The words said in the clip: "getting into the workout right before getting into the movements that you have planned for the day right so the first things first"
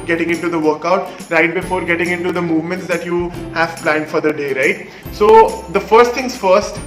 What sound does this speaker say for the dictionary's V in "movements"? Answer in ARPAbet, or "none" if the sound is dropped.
V